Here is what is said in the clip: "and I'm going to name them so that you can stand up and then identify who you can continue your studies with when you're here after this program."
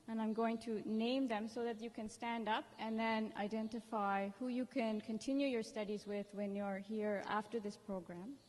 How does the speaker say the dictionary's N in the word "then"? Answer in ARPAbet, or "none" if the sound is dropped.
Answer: N